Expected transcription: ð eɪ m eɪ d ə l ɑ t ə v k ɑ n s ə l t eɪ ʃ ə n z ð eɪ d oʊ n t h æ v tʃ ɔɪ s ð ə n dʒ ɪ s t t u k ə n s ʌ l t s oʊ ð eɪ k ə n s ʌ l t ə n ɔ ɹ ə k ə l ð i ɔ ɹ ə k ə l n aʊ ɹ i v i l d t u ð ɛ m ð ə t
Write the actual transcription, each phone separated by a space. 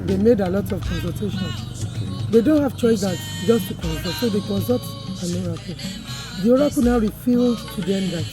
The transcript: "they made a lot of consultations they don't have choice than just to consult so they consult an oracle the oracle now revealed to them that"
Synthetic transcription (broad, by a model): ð eɪ m eɪ d ə l ɑ t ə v k ɑ n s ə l t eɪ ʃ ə n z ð eɪ d oʊ n t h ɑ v tʃ ɔɪ s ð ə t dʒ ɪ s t t u k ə n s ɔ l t s oʊ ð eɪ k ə n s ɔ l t ə n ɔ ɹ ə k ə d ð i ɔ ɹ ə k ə n aʊ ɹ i f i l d t u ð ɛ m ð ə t